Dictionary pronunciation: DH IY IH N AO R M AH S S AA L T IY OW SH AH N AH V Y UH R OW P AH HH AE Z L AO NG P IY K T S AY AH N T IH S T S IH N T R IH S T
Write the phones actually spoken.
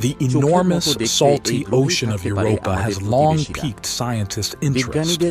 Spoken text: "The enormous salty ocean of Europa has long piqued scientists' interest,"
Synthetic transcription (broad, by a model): DH IY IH N AO R M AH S S AA L T IY OW SH AH N AH V Y UH R OW P AH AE Z L AO NG P IY K T S AY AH N T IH S T IH N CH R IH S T